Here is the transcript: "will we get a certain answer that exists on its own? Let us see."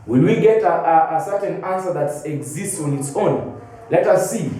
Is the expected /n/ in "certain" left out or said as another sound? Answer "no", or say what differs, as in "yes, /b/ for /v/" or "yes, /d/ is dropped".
no